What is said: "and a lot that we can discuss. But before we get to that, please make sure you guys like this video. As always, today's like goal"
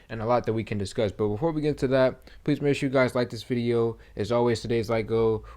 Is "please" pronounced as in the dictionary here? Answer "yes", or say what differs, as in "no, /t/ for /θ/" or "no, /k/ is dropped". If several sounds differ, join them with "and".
yes